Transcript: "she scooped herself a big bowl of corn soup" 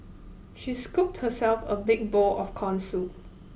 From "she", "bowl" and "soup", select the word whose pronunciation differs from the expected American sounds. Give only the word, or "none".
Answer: soup